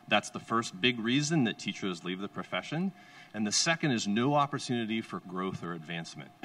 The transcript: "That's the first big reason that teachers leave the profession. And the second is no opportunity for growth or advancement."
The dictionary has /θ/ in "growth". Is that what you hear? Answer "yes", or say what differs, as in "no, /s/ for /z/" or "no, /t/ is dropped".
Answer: yes